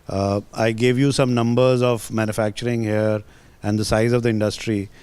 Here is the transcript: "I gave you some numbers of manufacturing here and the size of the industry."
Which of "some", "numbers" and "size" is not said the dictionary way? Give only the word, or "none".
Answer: none